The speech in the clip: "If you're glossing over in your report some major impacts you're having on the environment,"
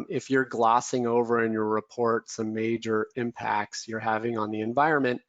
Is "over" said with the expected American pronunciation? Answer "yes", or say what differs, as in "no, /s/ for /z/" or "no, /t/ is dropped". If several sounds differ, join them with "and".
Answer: yes